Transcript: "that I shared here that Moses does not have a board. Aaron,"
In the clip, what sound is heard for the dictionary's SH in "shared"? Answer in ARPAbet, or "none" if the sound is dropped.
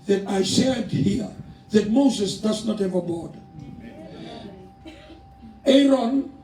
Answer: S